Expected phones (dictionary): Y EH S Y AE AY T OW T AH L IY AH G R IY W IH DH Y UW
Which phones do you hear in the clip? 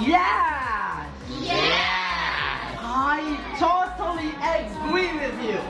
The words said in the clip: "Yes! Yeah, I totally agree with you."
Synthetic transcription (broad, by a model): Y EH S Y AE AY T OW T AH L IY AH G L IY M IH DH Y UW